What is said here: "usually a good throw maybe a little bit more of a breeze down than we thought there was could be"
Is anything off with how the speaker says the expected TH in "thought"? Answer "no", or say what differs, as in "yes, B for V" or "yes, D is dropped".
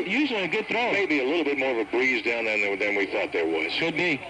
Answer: no